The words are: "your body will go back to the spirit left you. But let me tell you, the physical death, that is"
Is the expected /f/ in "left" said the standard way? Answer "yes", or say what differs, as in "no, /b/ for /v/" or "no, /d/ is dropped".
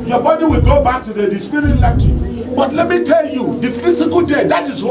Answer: no, /f/ is dropped